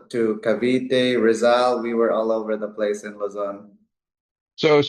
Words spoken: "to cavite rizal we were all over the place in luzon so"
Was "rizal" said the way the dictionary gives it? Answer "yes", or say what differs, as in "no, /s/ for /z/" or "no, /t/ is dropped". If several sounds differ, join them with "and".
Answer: yes